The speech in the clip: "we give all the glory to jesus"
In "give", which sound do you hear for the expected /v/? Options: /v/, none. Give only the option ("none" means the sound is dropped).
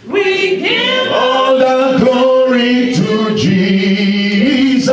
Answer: none